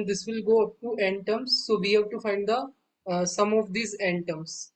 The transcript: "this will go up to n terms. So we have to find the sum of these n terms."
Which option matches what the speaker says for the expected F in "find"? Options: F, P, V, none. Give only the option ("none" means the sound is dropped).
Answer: F